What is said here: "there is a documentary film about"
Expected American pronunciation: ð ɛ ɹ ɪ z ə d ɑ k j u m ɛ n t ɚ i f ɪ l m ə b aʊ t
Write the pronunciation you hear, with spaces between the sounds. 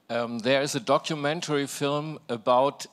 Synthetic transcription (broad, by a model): ð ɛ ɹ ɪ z ə d ɑ k j u m ɛ n t ɚ i f ɪ l m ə b aʊ t